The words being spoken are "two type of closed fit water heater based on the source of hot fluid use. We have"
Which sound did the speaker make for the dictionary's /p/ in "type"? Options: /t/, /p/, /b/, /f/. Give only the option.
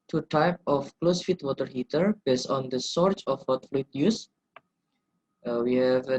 /p/